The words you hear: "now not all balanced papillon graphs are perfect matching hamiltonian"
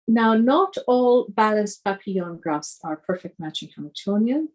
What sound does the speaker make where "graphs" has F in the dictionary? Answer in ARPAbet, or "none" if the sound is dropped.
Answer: none